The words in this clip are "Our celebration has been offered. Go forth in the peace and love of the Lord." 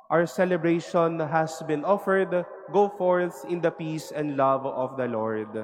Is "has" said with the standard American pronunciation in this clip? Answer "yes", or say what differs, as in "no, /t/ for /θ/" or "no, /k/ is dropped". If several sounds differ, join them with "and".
no, /s/ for /z/